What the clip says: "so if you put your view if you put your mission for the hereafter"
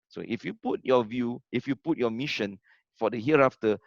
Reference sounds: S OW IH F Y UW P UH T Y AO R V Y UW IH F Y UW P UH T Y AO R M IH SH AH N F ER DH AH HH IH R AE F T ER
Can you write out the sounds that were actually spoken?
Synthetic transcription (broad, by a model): S OW IH F Y UW P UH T Y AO V Y UW IH F Y UW P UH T Y AO M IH SH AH N F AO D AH HH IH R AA F T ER